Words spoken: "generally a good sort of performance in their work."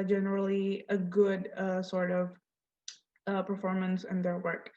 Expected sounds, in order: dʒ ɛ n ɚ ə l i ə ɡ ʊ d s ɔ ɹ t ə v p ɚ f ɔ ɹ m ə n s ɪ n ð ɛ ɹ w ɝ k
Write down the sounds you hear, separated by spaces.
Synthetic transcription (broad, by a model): dʒ ɛ n ɚ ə l i ə ɡ ʊ d s ɔ ɹ t ə v p ɚ f ɔ ɹ m ə n s ɪ n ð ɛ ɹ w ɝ k